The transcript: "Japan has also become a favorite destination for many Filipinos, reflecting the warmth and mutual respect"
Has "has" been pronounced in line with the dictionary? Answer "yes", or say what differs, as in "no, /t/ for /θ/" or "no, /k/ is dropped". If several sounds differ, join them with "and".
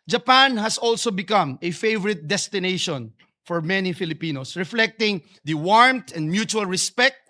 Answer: no, /s/ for /z/